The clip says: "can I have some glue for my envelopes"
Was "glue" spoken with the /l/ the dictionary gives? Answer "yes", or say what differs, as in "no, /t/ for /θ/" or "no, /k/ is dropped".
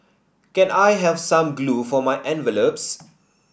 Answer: yes